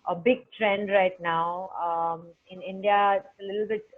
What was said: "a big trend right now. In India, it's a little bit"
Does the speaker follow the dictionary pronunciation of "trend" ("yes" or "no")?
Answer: yes